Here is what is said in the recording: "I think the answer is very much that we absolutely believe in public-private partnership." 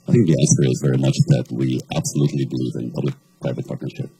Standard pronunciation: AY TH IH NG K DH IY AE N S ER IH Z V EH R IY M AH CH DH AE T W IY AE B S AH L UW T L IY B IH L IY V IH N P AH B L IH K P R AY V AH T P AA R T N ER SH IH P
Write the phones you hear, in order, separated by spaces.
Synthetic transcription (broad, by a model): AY TH IH NG K DH IY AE S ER IH Z V EH R IY M AH CH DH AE T W IY AE B S AH L UW T L IY B IH L IY V IH N P AH B L IH K P R AY V AH T P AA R T N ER SH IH P